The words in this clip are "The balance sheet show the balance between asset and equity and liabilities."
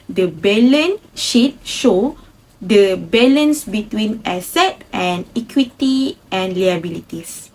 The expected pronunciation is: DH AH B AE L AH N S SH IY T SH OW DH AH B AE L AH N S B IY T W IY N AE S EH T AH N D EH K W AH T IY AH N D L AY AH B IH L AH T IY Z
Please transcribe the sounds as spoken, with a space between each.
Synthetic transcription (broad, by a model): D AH B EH L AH N SH IY T SH OW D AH B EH L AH N S B IY T W IY N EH S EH T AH N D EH K W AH T IY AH N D L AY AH B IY L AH T IY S